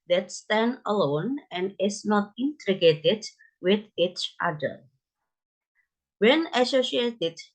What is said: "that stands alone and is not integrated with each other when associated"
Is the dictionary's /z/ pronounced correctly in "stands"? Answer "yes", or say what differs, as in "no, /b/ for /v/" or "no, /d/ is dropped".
no, /z/ is dropped